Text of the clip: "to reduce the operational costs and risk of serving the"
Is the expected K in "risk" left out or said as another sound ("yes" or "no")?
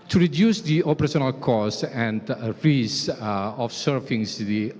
yes